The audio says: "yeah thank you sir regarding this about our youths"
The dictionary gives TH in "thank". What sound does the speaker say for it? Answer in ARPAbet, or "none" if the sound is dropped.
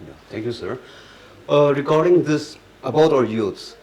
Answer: T